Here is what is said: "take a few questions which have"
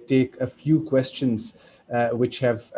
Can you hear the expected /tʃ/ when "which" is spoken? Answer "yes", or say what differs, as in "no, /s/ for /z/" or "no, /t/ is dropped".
yes